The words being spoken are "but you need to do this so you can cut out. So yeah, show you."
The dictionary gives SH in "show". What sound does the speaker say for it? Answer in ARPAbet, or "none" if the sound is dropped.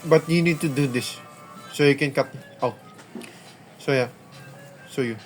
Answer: S